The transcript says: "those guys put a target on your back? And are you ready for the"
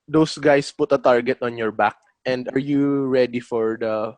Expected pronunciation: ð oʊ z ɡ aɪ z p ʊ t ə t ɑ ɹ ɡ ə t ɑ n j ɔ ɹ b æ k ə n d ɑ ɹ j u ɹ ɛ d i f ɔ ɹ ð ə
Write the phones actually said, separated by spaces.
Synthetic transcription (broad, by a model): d oʊ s ɡ aɪ s p ʊ t ə t ɑ ɹ ɡ ə t ɑ n j ɔ ɹ b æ k ə n d ɑ ɹ j u ɹ ɛ d i f ɔ ɹ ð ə